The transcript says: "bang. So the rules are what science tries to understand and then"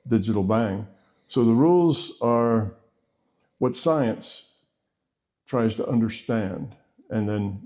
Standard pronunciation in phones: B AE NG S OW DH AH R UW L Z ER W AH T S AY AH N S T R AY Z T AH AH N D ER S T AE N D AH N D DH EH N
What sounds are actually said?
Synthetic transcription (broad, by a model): B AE NG S OW DH AH R UW L Z ER W AH T S AY AH N S T R AY Z T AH AH N D ER S T AE N D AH N DH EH N